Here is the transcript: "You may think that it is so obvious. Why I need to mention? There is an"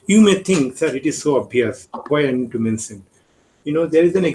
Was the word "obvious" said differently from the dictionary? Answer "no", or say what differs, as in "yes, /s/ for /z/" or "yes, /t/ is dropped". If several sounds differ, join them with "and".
yes, /v/ is dropped